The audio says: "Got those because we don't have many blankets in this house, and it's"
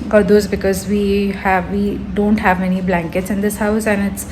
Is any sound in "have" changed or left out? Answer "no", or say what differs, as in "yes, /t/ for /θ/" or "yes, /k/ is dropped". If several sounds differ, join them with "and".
no